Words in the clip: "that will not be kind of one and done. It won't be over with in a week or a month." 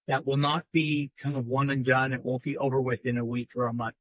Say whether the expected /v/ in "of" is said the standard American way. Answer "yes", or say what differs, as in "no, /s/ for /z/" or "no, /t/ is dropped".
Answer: yes